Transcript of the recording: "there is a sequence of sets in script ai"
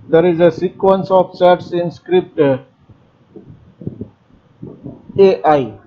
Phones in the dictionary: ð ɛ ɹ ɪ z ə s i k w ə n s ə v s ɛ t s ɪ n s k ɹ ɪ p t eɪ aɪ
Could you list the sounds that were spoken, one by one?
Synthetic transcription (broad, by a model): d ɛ ɹ ɪ z ə s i k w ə n s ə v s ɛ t s ɪ n s k ɹ ɪ p t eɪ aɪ